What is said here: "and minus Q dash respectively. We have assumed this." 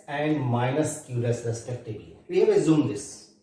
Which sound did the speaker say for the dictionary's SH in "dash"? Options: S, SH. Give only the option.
S